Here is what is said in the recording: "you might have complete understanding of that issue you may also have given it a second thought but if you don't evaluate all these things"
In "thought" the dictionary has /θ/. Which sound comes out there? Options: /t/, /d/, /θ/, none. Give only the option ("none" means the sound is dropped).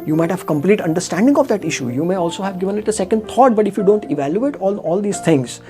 /t/